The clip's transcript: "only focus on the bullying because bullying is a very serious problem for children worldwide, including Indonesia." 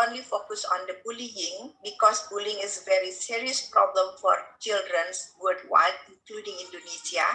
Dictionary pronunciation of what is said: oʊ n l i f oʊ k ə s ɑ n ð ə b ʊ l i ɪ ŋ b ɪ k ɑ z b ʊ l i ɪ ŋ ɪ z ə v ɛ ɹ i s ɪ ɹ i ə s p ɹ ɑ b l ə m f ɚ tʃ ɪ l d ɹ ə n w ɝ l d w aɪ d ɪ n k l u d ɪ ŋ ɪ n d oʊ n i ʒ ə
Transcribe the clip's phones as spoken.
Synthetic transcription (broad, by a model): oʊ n l i f oʊ k ə s ɑ n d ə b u l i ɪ ŋ b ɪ k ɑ s b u l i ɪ ŋ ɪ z ə v ɛ ɹ i s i ɹ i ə s p ɹ ɑ b l ə m f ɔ tʃ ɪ l d ɹ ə n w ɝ d w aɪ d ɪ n k l u d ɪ ŋ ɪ n d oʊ n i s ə